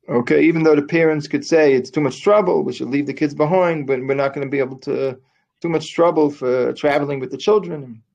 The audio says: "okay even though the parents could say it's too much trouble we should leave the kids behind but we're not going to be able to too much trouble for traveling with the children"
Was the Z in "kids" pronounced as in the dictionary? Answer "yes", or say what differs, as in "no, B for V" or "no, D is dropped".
yes